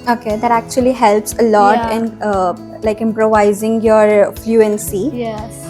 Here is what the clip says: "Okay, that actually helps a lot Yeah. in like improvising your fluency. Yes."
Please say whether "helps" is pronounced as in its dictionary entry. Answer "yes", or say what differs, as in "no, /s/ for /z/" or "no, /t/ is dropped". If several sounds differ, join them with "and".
yes